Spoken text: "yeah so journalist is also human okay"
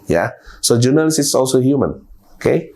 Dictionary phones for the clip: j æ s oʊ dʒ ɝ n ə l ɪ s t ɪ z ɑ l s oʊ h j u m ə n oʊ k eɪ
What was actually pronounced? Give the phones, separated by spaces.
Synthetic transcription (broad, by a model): j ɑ s oʊ dʒ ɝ n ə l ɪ s ɪ s ɑ l s oʊ h j u m ə n oʊ k eɪ